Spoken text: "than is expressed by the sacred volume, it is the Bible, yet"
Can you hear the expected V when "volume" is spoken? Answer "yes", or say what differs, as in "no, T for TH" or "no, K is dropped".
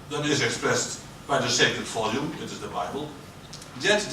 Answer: no, F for V